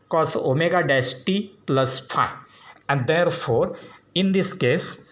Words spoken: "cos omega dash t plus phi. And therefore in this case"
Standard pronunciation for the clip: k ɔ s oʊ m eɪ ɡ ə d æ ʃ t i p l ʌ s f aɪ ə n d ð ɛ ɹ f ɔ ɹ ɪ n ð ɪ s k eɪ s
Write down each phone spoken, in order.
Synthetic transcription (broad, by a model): k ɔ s oʊ m eɪ ɡ ə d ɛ s t i p l ʌ s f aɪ ə n d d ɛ ɹ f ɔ ɹ ɪ n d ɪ s k eɪ s